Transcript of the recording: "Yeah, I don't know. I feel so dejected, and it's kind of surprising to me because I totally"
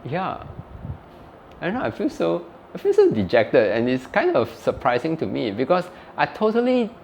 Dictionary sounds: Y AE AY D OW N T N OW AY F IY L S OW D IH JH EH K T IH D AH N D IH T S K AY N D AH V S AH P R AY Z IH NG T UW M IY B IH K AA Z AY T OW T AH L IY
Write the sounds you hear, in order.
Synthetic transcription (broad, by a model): Y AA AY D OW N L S OW AY F IY L S OW D IH JH EH K T IH D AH N IH T S K AY N D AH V S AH P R AY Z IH NG T UW M IY B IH K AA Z AY T OW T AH L IY